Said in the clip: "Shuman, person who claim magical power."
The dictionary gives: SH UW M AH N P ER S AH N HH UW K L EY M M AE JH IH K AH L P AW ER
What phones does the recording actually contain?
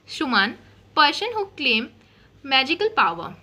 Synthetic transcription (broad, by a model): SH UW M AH N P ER SH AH N HH UW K L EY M M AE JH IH K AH L P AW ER